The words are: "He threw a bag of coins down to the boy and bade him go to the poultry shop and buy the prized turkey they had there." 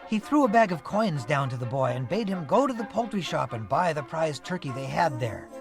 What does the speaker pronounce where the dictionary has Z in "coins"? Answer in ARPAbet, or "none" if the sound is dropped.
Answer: Z